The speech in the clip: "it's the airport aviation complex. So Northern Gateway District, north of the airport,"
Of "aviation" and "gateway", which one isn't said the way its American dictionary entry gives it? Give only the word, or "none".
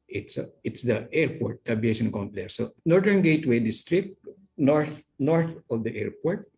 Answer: aviation